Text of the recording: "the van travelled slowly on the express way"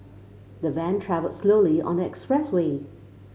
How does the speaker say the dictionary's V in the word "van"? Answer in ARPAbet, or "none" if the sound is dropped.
V